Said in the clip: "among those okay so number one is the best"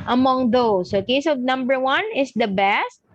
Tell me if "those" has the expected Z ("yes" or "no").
no